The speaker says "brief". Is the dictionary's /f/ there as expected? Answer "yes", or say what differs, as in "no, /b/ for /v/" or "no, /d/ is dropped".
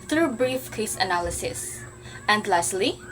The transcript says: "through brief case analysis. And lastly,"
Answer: yes